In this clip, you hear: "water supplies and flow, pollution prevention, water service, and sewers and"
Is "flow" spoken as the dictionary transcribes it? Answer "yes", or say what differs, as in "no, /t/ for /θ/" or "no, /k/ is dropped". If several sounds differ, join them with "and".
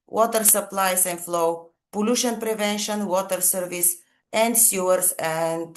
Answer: yes